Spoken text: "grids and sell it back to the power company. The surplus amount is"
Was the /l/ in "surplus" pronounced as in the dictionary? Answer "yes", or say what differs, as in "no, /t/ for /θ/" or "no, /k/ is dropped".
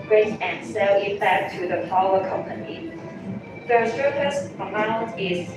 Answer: no, /l/ is dropped